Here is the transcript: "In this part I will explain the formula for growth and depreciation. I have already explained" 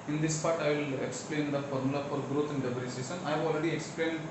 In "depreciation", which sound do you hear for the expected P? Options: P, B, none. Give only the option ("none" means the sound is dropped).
B